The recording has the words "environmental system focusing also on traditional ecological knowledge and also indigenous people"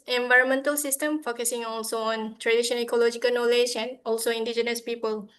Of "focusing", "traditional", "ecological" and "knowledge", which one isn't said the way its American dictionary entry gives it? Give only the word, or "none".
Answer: traditional